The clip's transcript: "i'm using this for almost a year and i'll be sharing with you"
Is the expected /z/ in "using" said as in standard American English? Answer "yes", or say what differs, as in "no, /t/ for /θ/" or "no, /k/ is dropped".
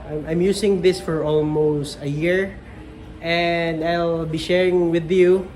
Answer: no, /s/ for /z/